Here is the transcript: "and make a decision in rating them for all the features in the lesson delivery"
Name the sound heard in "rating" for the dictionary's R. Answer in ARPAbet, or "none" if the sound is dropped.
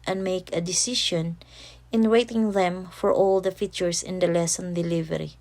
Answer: W